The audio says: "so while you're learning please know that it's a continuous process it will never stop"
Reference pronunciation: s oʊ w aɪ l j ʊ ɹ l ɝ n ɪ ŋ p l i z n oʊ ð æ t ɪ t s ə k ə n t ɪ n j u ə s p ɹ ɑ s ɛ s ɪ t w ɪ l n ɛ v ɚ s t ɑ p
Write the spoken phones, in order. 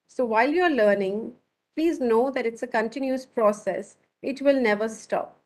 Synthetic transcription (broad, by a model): s oʊ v aɪ l j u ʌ l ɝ n ɪ ŋ p l i z n oʊ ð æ t ɪ t s ə k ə n t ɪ n j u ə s p ɹ ɑ s ɛ s ɪ t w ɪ l n ɛ v ɚ s t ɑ p